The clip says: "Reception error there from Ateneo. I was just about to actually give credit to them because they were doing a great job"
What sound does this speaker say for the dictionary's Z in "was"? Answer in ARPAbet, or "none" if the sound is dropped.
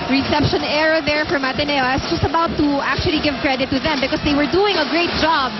S